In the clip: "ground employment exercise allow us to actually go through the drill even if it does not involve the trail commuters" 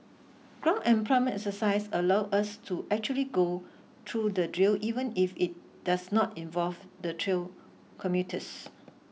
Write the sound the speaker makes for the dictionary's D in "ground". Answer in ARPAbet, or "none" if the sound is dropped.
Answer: none